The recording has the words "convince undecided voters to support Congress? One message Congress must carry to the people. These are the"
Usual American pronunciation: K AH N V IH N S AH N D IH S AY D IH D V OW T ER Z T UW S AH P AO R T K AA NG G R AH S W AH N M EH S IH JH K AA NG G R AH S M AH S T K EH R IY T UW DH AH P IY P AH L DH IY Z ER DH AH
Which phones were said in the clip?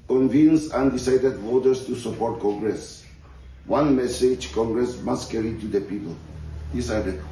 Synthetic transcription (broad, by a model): K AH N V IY N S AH N D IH S AY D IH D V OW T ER S T UW S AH P AO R T K AA NG G R AH S W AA N M EH S IH JH K AA NG G R AH S M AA S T K EH R IY T UW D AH P IY P AH L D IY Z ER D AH